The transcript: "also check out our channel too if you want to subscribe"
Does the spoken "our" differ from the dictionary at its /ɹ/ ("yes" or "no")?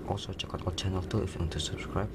yes